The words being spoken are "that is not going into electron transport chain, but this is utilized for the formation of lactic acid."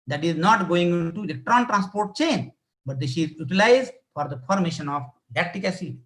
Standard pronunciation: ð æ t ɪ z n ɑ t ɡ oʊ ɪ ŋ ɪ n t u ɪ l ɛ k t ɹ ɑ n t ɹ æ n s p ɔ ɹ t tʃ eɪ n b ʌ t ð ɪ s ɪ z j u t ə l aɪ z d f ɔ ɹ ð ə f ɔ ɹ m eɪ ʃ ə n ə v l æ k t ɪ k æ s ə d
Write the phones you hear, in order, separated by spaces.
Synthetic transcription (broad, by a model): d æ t ɪ z n ɑ t ɡ oʊ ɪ ŋ ɪ n t u ɪ l ɛ k t ɹ ɑ n t ɹ æ n s p ɔ ɹ t tʃ eɪ n b ʌ t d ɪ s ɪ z j u t ə l aɪ z d f ɔ ɹ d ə f ɔ ɹ m eɪ ʃ ə n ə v l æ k t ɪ k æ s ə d